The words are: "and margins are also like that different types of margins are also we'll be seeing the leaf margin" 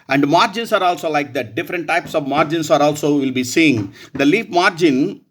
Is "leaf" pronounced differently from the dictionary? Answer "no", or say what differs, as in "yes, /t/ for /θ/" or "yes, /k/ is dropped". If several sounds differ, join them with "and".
yes, /p/ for /f/